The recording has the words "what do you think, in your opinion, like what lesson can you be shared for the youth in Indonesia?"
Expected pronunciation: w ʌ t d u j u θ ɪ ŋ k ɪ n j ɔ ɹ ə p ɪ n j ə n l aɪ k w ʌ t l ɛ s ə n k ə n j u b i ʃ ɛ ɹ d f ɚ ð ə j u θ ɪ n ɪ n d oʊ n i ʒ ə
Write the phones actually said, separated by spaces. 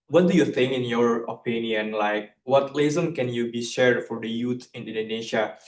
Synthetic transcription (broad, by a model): w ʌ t d u j u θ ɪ ŋ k ɪ n j ɔ ɹ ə p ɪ n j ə n l aɪ k w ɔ t l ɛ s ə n k ə n j u b i ʃ ɛ ɹ d f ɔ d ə j u t ɪ n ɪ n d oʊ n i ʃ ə